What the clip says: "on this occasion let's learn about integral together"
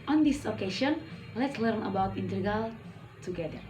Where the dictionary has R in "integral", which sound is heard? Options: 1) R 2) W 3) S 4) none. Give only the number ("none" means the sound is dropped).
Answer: 4